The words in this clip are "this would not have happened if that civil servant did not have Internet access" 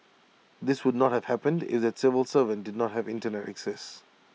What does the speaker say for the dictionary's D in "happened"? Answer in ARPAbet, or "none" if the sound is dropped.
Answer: D